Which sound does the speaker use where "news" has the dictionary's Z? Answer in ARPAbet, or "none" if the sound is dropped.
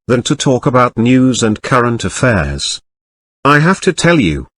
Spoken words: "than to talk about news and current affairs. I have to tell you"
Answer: Z